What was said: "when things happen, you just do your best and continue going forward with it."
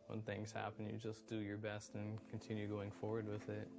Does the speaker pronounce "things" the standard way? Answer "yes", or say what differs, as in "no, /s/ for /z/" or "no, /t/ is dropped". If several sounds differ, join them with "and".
yes